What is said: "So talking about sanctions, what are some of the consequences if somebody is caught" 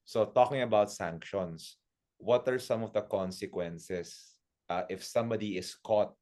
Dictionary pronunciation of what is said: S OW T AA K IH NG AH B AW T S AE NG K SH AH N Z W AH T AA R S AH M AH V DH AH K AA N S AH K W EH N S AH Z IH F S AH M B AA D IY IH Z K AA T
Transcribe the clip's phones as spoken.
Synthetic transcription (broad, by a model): S OW T AA K IH NG AH B AW T S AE NG K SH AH N S W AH T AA R S AH M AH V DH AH K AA N S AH K W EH N S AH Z IH F S AH M B AA D IY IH S K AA T